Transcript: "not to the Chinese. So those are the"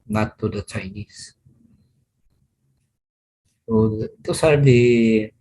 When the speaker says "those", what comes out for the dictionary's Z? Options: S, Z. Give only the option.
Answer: S